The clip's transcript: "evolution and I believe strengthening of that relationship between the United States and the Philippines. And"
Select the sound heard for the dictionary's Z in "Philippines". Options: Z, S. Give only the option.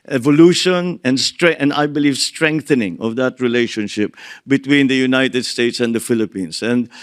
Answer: S